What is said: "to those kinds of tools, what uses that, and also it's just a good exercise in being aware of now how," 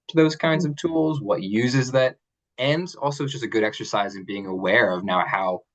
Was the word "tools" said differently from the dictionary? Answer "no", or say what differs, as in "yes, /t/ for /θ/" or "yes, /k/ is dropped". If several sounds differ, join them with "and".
no